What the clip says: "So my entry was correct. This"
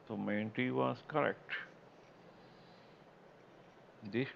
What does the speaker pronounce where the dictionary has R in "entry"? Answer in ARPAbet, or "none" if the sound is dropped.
none